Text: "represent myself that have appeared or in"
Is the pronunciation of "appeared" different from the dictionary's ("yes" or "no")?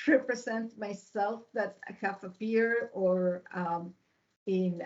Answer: yes